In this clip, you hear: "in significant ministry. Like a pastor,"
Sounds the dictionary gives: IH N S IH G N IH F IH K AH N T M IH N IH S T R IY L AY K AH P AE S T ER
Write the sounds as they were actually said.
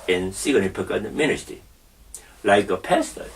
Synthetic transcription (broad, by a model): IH N S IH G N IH P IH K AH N M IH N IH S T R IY L AY K AH P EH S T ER